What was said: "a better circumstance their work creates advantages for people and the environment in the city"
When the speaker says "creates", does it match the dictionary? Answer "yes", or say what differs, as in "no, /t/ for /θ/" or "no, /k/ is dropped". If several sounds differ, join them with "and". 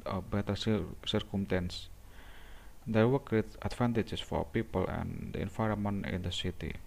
no, /s/ is dropped